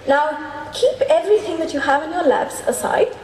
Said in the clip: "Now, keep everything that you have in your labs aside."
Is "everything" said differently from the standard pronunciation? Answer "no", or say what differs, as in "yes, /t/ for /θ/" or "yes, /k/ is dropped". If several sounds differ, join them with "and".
no